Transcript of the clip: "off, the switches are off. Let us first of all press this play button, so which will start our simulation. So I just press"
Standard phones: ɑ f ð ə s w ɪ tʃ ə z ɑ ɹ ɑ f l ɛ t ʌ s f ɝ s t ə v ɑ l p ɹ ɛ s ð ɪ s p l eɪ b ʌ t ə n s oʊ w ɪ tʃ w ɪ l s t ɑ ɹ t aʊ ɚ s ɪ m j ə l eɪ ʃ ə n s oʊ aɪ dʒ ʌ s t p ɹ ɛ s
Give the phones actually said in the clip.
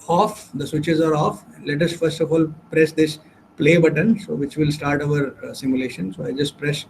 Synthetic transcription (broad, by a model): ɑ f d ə s w ɪ tʃ ə z ɑ ɹ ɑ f l ɛ t ʌ s f ɝ s t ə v ɑ l p ɹ ɛ s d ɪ s p l eɪ b ʌ t ə n s oʊ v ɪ tʃ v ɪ l s t ɑ ɹ t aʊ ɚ s ɪ m j ə l eɪ ʃ ə n s oʊ aɪ dʒ ʌ s t p ɹ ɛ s